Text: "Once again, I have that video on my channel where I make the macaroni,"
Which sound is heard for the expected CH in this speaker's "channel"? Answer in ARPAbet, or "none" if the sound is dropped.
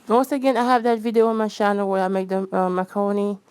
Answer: SH